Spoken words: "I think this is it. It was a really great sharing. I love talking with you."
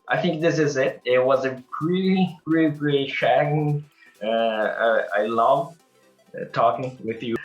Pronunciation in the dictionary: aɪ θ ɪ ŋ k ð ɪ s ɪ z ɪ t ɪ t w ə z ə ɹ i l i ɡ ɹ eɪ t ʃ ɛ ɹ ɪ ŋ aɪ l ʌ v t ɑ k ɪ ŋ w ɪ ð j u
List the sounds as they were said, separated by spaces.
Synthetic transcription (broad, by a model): aɪ θ ɪ ŋ k ð ɪ s ɪ z ɪ t ɪ t w ə z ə ɹ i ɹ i ɡ ɹ eɪ t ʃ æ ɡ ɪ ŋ aɪ l ʌ v t ɑ k ɪ ŋ w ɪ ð j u